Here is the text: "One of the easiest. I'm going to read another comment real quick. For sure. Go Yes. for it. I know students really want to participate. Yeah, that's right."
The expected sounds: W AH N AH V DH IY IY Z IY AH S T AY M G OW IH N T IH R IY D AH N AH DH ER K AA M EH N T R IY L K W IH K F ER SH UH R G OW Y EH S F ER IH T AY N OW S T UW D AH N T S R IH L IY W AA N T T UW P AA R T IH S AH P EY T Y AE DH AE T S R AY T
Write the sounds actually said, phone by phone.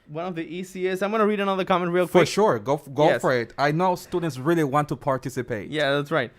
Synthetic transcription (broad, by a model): W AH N AH V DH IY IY S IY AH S AY M G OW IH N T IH R IY D AH N AH DH ER K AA M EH N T R IY L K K F ER SH UH R G OW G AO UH F ER IH T AY N OW S T UW D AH N T S R IH L IY W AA N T T UW P AA R T IH S AH P EY T Y AE DH AE T S R AY T